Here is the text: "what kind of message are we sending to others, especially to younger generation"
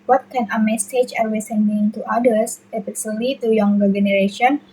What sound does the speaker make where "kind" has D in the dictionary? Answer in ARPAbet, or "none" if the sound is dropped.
none